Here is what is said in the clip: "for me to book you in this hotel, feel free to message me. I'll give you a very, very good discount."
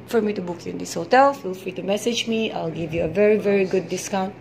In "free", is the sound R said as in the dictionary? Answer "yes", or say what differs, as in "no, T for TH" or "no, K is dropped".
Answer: yes